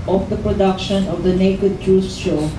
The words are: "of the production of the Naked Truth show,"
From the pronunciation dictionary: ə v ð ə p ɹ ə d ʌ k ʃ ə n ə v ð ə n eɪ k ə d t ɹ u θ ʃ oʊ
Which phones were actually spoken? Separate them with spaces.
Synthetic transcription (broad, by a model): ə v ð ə p ɹ ə d ʌ k ʃ ə n ə v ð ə n eɪ k ə d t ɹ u s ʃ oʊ